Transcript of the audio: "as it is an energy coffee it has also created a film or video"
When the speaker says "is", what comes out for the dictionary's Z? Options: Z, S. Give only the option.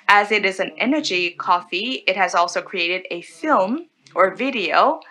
Z